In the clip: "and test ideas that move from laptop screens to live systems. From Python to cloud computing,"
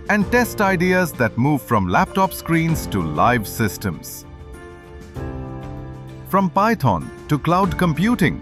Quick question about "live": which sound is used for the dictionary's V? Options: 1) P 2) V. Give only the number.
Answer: 2